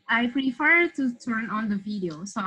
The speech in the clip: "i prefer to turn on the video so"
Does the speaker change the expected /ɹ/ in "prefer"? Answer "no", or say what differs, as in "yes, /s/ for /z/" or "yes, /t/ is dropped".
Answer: no